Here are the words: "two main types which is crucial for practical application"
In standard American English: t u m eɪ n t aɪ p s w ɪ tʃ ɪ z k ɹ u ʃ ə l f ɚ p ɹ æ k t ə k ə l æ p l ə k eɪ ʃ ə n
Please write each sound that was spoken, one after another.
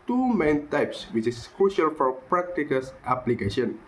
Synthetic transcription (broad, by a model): t u m eɪ n t aɪ p s w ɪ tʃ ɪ s k ɹ u ʃ ə l f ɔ p ɹ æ k t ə k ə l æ p l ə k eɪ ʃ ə n